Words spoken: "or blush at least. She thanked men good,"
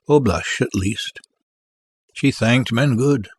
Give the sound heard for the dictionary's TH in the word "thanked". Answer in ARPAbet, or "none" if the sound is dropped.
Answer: TH